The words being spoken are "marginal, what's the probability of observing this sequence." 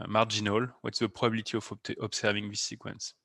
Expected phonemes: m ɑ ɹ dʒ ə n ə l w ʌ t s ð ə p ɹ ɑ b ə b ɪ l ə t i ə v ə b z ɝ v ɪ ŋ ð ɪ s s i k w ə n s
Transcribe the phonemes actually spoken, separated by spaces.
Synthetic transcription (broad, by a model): m ɑ ɹ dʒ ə n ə l w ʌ t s ð ə p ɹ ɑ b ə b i l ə t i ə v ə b s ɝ v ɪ ŋ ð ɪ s s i k w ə n s